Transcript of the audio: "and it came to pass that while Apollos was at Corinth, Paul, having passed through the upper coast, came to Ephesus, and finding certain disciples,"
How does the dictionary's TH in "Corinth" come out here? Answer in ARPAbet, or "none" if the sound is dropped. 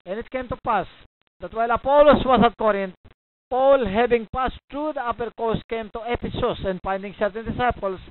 T